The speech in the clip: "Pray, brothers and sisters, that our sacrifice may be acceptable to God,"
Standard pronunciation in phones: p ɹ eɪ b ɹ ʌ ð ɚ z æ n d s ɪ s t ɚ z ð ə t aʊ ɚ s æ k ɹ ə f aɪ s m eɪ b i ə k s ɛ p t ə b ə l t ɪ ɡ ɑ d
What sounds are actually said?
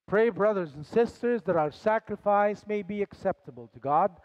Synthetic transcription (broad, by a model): p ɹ eɪ b ɹ ʌ ð ɚ z n s ɪ s t ɚ z ð ə t aʊ ɚ s æ k ɹ ə f aɪ s m eɪ b i ə k s ɛ p t ə b ə l t ɪ ɡ ɑ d